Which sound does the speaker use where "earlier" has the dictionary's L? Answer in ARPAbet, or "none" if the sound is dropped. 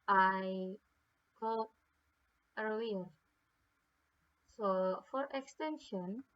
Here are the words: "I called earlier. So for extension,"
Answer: W